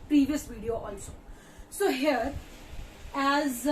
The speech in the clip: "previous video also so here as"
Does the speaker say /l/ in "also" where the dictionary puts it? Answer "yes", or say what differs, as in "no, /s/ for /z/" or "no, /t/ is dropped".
no, /n/ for /l/